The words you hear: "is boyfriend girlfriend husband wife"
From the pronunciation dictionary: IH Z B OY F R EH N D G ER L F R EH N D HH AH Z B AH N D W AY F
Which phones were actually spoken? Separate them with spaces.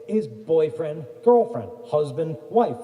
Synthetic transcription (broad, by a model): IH Z B OY F R EH N D G ER L F R EH N D HH AH Z B AH N D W AY F